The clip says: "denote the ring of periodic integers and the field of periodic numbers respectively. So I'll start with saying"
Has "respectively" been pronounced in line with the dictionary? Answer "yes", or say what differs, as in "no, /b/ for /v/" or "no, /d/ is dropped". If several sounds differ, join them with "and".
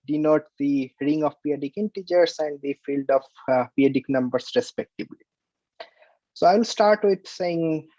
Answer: no, /b/ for /v/